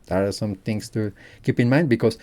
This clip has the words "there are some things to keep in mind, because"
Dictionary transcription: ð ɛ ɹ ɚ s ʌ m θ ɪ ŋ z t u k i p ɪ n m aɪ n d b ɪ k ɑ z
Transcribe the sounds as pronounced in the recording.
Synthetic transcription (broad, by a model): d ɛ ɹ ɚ s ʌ m t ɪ ŋ s t u k i p ɪ n m aɪ n d b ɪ k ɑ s